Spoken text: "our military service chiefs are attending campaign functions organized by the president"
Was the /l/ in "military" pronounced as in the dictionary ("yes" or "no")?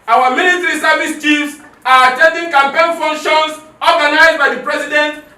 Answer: no